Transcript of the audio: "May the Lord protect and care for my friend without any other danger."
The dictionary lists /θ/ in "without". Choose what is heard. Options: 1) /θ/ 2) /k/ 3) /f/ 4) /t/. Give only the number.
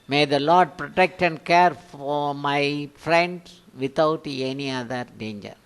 4